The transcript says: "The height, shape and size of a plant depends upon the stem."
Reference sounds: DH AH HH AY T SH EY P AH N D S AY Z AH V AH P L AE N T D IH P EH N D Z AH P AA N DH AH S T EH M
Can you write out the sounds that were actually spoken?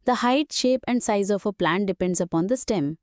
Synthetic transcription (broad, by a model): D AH HH AY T SH EY P AH N D S AY Z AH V AH P L AE N T D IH P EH N D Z AH P AA N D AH S T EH M